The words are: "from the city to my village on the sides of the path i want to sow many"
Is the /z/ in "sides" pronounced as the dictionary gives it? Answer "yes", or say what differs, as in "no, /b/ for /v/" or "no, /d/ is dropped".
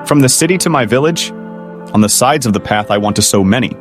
yes